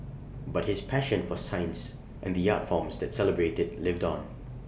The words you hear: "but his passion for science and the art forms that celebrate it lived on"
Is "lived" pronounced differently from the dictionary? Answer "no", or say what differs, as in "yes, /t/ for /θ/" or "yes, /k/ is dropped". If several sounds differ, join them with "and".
no